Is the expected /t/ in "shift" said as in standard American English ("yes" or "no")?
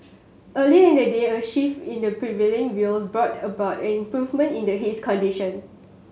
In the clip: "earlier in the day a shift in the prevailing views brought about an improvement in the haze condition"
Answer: no